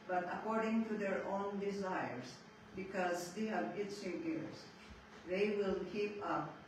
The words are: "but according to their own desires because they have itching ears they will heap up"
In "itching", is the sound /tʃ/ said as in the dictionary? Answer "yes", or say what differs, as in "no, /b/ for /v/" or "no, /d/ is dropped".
no, /s/ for /tʃ/